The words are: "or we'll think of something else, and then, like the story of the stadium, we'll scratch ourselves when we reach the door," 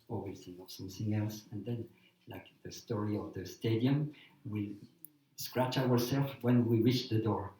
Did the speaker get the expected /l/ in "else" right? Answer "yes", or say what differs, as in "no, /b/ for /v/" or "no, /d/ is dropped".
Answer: yes